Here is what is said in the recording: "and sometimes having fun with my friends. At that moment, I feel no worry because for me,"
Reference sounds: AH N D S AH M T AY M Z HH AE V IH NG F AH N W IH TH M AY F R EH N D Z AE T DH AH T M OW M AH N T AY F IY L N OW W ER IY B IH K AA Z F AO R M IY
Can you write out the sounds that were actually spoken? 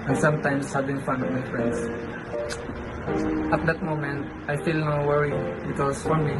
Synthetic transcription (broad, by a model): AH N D S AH M T AY M S HH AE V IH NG F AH N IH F M AY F R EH N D S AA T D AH T M OW M AH N T AY F IY L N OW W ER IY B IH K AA S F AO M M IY